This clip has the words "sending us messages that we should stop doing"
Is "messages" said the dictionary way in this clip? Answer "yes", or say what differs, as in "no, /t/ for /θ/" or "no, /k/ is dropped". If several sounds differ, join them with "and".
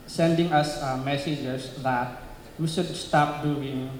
no, /s/ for /z/